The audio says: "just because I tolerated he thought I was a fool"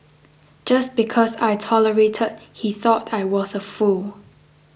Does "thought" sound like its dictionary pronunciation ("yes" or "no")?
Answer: yes